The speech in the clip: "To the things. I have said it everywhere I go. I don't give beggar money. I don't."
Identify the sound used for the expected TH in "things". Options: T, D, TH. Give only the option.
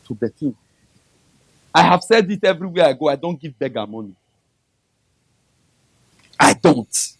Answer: T